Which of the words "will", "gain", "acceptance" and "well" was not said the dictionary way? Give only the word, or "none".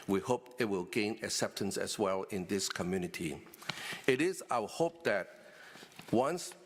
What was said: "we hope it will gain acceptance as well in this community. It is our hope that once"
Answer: none